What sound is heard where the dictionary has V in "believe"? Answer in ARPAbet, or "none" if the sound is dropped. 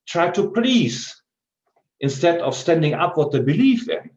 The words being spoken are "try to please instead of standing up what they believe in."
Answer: F